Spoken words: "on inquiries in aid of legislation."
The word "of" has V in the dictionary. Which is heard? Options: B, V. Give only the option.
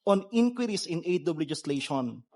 B